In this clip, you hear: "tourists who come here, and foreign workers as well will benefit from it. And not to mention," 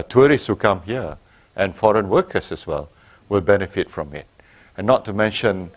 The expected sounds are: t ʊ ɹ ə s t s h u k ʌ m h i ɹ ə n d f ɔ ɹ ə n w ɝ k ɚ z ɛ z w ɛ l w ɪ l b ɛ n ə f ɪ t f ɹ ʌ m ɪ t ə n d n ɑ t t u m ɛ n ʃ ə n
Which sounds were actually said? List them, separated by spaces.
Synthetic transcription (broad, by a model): t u ɹ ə s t h u k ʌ m h i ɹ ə n f ɔ ɹ ə n w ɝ k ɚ s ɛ s w ɛ l w ɪ l b ɛ n ə f ɪ t f ɹ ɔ m ɪ t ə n n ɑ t t u m ɛ n ʃ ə n